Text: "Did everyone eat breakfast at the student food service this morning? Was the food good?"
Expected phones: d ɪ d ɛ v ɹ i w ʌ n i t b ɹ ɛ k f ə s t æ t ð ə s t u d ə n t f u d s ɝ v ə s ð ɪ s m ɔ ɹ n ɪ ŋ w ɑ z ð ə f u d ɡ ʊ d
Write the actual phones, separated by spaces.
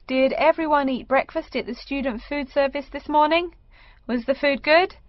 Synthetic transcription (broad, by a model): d ɪ d ɛ v ɹ i w ʌ n i t b ɹ ɛ k f ə s t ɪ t ð ə s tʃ u d n t f u d s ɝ v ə s ð ɪ s m ɔ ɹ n ɪ ŋ w ɑ z ð ə f u d ɡ ʊ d